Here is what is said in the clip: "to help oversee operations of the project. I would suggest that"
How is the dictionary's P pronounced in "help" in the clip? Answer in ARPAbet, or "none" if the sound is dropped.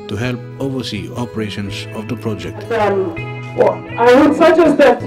P